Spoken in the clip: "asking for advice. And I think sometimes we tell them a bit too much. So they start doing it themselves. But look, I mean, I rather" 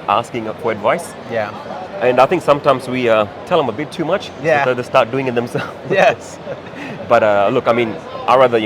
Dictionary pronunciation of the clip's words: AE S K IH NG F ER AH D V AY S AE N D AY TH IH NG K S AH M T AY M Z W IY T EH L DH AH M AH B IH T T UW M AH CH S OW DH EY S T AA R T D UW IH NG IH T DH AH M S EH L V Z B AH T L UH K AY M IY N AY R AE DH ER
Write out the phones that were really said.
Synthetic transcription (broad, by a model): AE S K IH NG F ER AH D V AY S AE N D AY TH IH NG K S AH M T AY M Z W IY T EH L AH M AH B IH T T UW M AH CH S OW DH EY S T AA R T D UW IH NG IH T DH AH M S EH L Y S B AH T L UH K AY M IY N AY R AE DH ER